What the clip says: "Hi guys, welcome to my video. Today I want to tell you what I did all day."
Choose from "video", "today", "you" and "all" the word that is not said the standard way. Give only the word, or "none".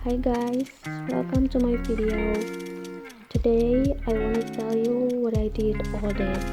video